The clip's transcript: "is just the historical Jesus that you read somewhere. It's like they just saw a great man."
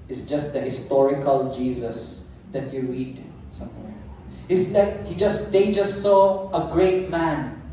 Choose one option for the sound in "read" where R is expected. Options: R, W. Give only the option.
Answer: R